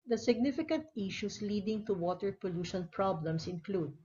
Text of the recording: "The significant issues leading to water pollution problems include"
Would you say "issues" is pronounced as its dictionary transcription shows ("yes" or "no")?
no